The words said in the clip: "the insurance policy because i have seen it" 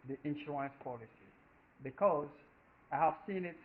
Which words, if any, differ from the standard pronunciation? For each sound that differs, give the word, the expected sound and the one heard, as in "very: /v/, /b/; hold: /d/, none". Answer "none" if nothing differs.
insurance: /ɹ/, none